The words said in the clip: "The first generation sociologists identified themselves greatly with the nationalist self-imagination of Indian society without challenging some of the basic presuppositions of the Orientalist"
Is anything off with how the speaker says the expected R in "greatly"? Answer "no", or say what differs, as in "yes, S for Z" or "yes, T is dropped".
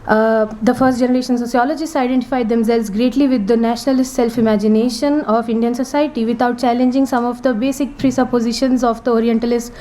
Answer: no